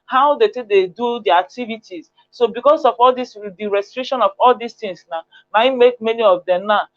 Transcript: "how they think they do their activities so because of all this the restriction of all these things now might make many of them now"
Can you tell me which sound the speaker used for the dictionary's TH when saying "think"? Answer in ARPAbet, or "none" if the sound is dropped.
T